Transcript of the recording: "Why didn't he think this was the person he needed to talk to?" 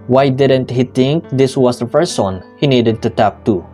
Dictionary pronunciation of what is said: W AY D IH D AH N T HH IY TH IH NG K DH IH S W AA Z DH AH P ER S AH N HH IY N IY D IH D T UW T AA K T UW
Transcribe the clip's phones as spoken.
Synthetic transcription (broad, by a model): W AY D IH D AH N T HH IY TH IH NG K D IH S W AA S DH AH F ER S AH N HH IY N IY D IH D T UW T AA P T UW